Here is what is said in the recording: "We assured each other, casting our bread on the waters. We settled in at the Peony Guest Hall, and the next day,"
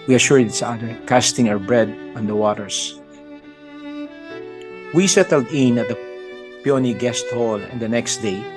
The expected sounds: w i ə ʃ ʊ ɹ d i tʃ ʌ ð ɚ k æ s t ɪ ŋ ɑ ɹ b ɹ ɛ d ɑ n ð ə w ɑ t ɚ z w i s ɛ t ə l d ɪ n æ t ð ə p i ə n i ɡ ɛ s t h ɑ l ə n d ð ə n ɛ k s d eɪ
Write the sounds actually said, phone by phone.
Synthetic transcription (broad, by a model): w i ə ʃ ʊ ɹ d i s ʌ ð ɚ k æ s t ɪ ŋ ɑ ɹ b ɹ ɛ d ɑ n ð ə w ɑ t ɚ s w i s ɛ t ə l d ɪ n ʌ t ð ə p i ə n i ɡ ɛ s t h ɑ l ə n d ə n ɛ k s d eɪ